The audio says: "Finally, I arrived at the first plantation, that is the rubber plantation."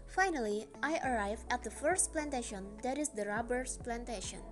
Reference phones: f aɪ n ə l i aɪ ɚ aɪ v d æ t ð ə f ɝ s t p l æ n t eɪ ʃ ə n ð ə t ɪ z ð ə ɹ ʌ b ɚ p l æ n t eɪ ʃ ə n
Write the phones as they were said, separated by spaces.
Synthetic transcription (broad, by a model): f aɪ n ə l i aɪ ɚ aɪ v æ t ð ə f ɝ s t p l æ n t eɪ ʃ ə n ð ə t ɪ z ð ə ɹ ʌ b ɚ p l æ n t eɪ ʃ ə n